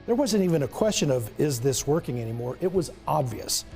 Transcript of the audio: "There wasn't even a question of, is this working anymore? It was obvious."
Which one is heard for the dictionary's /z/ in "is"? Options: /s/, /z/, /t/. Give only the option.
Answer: /z/